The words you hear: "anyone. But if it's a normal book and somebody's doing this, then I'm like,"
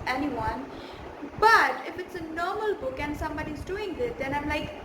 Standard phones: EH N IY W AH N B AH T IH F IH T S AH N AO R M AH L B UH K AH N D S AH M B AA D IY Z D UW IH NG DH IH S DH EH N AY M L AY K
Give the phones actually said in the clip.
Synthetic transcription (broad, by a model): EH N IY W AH N B AH T IH F IH T S AH N AO R M AH L B UH K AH N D S AH M B AA D IY Z D UW IH NG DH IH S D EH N AY M L AY K